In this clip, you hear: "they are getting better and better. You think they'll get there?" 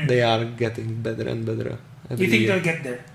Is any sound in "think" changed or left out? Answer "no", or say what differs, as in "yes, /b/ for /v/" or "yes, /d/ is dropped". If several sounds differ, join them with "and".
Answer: yes, /ŋ/ is dropped